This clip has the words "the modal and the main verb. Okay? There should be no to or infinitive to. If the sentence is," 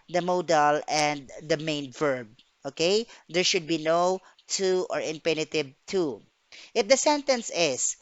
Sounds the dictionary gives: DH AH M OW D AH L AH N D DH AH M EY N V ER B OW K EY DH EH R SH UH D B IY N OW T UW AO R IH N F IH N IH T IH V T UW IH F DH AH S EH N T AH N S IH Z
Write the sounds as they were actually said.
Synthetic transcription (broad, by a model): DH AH M OW D AH L AH N D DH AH M EY N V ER B OW K EY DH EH R SH UH D B IY N OW T UW AO R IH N P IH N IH T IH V T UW IH F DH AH S EH N T AH N S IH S